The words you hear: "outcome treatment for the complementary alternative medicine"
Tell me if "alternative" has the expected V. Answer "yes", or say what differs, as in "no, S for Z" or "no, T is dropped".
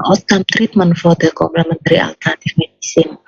no, F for V